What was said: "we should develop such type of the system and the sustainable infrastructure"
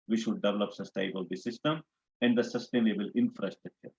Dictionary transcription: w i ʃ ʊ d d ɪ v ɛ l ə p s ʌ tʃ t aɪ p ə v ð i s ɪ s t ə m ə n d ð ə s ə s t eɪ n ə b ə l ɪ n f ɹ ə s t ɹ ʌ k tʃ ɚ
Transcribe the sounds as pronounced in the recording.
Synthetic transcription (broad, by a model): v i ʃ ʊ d d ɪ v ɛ l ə p s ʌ s t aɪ b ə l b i s ɪ s t ə m ə n d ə s ə s t eɪ n ə b ə l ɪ n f ɹ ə s t ɹ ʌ k tʃ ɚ